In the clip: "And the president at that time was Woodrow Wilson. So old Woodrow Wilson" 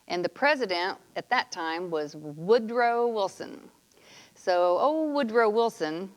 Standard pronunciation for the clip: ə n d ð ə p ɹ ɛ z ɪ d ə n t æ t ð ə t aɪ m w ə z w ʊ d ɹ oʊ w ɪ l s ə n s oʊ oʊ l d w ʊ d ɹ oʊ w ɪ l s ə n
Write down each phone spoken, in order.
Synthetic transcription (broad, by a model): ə n ð ə p ɹ ɛ z ɪ d ə n t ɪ t ð ə t aɪ m w ə z w ʊ d ɹ oʊ w ɪ l s ə n s oʊ oʊ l w ʊ d ɹ oʊ w ɪ l s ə n